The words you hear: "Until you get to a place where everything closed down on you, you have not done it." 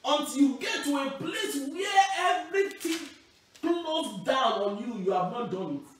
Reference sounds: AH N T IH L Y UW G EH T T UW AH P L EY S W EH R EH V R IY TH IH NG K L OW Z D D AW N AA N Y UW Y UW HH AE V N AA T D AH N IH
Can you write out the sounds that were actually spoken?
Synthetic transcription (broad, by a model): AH N T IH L Y UW G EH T T UW AH P L EY S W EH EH V R IY T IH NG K L OW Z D D AW N AA N Y UW Y UW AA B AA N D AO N